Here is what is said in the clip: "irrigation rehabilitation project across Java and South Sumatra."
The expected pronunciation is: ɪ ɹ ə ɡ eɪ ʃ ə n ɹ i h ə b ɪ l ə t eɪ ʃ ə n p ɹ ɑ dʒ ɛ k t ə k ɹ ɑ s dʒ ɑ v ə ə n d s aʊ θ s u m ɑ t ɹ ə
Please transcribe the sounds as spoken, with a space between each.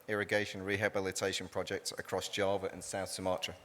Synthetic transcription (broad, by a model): ɪ ɹ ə ɡ eɪ ʃ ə n ɹ i h ə b ɪ l ə t eɪ ʃ ə n p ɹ ɑ dʒ ɛ k t ə k ɹ ɑ s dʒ ɑ v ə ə n s aʊ θ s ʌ m ɑ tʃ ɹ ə